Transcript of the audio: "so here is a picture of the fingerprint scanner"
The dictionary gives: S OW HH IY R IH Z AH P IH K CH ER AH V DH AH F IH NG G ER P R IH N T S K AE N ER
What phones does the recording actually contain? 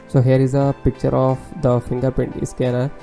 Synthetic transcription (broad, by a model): S OW HH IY R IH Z AH P IH K CH ER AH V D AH F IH NG G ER P IH N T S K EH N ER